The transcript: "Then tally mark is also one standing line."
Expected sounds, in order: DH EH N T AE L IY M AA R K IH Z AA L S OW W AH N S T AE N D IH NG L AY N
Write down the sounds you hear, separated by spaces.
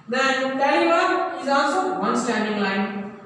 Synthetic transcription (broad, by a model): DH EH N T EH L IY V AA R IH Z AA L S OW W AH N S T AE N D IH NG L AY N